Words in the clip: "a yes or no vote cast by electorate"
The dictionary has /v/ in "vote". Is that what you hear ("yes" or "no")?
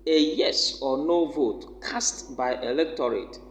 yes